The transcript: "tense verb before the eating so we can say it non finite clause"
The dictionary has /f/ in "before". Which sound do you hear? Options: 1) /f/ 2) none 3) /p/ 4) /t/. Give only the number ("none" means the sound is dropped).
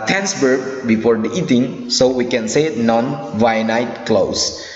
1